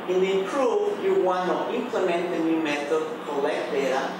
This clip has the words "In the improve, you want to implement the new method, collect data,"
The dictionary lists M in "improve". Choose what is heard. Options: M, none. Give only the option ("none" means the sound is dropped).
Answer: none